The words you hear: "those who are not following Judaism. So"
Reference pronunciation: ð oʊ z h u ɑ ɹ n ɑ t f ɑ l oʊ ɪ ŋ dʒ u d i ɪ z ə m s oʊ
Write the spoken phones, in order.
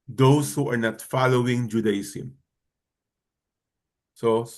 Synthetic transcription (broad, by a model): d oʊ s h u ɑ ɹ n ɑ t f ɑ l oʊ ɪ ŋ dʒ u d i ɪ s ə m s oʊ